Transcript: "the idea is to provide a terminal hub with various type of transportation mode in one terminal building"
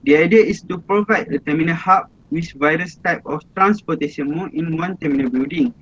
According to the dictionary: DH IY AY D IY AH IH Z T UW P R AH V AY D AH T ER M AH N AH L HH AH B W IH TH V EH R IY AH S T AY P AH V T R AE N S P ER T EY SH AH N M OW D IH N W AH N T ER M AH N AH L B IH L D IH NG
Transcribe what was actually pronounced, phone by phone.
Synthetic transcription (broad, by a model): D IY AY D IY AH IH S T UW P R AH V AY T AH T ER M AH N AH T HH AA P W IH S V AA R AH S T AY P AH F T R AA N S P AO T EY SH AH N M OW IH N W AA N T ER M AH N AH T B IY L D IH NG